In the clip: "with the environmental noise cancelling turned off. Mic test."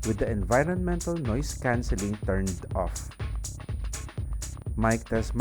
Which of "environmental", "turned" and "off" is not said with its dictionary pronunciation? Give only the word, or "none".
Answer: none